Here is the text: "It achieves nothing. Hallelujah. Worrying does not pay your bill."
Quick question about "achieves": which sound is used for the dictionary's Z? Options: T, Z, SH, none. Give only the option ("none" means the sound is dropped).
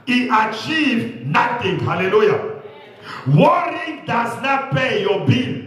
none